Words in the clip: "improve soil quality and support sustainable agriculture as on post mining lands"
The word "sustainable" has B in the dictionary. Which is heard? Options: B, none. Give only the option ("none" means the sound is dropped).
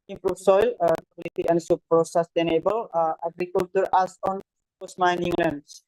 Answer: B